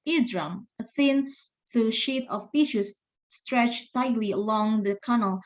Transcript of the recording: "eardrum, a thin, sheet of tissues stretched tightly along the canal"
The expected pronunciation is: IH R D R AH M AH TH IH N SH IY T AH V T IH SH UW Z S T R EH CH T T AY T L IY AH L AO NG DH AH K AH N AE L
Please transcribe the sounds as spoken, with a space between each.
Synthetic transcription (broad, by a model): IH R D R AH M AH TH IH N SH IY T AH F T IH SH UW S S T R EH CH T T AY T L IY AH L AO NG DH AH K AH N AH L